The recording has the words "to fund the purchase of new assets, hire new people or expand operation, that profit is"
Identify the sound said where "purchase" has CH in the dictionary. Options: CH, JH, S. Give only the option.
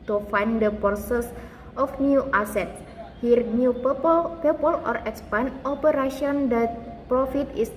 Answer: S